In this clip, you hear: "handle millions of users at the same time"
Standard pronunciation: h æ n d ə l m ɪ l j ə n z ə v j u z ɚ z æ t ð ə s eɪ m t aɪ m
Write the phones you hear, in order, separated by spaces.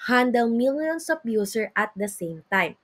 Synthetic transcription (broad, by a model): h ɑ n d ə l m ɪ l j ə n s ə p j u s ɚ ʌ t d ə s eɪ m t aɪ m